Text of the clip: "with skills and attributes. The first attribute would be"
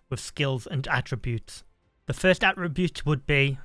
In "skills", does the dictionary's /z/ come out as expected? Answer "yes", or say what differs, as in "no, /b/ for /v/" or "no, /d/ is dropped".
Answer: yes